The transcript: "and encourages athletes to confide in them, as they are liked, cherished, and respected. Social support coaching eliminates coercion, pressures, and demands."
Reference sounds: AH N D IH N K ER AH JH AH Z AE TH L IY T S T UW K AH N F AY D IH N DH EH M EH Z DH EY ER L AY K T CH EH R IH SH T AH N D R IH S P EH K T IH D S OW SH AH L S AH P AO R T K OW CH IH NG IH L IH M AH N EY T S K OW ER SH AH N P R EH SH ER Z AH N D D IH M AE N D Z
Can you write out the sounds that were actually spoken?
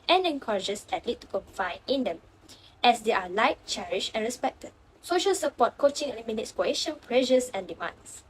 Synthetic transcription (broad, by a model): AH N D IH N K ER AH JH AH S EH T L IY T T UW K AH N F AY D IH N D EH M EH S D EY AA L AY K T CH EH R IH SH AH N R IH S P EH K T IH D S OW SH AH L S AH P AO T K OW CH IH NG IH L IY M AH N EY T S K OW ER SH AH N P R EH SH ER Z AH N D D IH M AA N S